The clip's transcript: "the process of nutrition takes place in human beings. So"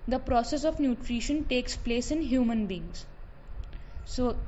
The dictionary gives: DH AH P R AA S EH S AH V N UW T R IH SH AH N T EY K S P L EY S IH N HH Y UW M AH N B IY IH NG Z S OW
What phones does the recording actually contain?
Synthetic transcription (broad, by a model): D AH P R AA S EH S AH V N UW T R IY SH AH N T EY K S P L EY S IH N HH Y UW M AH N B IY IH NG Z S OW